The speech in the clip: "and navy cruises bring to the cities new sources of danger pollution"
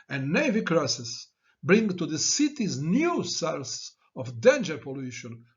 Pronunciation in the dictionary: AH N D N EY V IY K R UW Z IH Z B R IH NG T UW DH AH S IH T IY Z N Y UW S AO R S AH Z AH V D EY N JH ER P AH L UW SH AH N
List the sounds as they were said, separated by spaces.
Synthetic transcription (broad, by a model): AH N N EY V IY K R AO S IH S B R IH NG T UW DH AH S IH T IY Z N Y UW S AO L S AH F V D EY N JH ER P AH L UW SH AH N